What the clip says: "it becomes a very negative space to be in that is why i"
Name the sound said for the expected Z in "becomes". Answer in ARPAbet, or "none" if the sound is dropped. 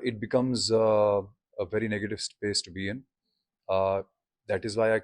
Z